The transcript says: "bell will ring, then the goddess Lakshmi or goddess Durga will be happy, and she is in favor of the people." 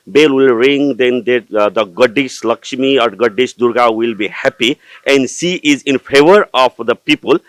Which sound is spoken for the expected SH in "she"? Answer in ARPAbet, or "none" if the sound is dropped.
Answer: S